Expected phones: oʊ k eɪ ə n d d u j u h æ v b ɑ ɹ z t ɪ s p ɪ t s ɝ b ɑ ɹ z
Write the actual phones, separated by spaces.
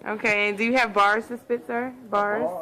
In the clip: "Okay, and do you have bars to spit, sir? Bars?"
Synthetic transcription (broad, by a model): oʊ k eɪ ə n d d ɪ j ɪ v b ɑ ɹ z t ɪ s b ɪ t s ɝ b ɑ ɹ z